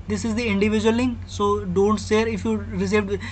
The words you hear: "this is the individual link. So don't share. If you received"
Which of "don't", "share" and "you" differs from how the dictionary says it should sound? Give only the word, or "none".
share